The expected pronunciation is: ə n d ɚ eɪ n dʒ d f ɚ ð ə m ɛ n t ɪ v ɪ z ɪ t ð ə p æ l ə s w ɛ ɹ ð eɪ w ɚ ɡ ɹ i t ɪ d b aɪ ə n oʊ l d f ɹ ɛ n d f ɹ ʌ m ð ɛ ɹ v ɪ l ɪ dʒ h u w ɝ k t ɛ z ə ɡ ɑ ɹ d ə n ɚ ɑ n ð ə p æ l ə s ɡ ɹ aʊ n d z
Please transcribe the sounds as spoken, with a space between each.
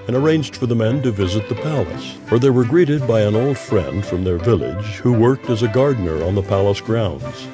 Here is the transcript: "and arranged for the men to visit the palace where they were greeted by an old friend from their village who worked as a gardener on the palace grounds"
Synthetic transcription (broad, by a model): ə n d ɚ eɪ n dʒ d f ɚ ð ə m ɛ n t ɪ v ɪ z ɪ t ð ə p æ l ə s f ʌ ɹ ð eɪ w ɚ ɡ ɹ i t ɪ d b aɪ ə n oʊ l d f ɹ ɛ n d f ɹ ʌ m ð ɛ ɹ v ɪ l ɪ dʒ h u w ɝ k t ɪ z ə ɡ ɑ ɹ d n ɚ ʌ n ð ə p æ l ə s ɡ ɹ aʊ n d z